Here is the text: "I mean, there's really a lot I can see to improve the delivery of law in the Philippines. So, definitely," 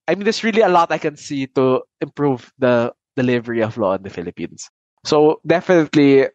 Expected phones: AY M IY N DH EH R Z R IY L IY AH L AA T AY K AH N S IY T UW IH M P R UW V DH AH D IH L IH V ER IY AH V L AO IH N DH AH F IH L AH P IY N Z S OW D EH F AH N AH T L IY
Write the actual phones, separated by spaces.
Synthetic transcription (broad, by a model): AY M IY N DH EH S R IY L IY AH L AA T AY K AH N S IY T UW IH M P R UW V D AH D IH L IH V ER IY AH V L AO IH N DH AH F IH L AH P IY N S S OW D EH F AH N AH T L IY